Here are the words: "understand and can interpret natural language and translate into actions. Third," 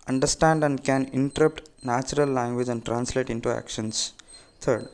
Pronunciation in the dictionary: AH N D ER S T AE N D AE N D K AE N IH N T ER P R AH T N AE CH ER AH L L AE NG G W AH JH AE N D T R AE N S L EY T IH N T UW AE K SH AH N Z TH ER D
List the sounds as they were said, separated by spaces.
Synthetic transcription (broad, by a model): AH N D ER S T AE N D AE N D K AE N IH N T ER R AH T N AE CH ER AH L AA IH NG G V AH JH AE N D T R AE N S L EY T IH N T UW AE K SH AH N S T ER D